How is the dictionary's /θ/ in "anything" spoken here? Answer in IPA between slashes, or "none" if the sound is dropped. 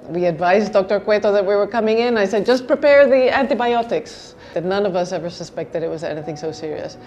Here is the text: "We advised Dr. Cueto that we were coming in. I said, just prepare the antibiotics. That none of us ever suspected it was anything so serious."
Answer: /θ/